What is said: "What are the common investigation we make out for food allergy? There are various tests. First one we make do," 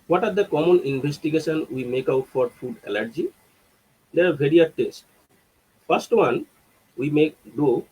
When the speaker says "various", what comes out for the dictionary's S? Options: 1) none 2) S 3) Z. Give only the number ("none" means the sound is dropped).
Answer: 1